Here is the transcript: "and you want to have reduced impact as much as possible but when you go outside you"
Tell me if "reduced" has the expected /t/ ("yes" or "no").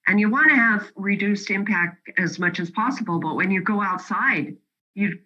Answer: yes